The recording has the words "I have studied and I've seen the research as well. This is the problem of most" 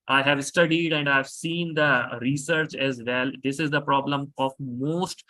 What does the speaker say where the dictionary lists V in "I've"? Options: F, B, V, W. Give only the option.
V